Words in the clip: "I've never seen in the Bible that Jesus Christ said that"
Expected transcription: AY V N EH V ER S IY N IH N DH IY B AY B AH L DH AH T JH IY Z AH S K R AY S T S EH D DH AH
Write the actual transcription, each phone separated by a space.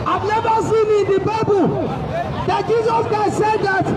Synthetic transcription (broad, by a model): AY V N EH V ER S IY N IH N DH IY B AY B AH L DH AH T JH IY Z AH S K AY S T S EH D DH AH